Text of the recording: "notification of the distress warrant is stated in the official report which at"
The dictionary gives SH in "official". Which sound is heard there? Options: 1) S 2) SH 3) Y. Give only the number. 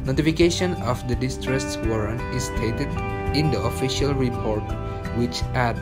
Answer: 2